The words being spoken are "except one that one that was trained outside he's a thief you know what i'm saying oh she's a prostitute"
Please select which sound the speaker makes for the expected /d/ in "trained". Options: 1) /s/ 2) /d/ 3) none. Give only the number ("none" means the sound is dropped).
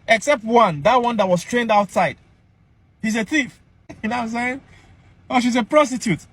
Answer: 2